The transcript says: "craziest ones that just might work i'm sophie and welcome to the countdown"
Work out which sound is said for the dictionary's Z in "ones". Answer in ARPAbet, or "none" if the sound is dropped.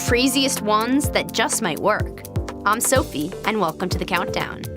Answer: Z